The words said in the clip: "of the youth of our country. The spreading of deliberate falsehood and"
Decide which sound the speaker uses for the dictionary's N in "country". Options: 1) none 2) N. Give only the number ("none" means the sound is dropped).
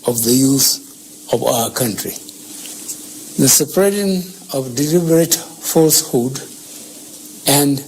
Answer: 2